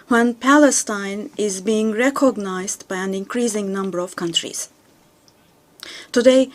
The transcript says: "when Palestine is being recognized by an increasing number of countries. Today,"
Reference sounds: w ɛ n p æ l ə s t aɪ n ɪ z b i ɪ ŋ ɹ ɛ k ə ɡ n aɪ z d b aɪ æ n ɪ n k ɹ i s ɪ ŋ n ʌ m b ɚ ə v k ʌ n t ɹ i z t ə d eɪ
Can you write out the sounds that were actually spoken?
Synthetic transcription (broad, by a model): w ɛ n p æ l ə s t aɪ n ɪ z b i ɪ ŋ ɹ ɛ k ə ɡ n aɪ z d b aɪ æ n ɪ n k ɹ i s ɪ ŋ n ʌ m b ɚ ə v k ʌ n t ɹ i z t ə d eɪ